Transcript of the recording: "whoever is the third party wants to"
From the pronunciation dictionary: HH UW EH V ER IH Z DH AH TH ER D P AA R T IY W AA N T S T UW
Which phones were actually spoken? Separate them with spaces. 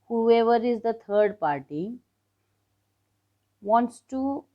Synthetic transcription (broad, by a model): HH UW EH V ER IH Z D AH T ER D P AA R T IY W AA N T S T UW